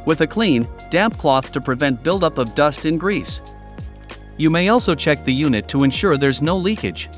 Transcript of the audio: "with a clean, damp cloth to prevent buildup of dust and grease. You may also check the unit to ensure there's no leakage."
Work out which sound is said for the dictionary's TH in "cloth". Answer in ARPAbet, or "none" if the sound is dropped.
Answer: TH